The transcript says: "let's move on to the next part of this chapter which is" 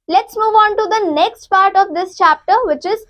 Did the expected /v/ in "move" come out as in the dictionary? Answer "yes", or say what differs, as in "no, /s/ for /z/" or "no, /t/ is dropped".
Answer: yes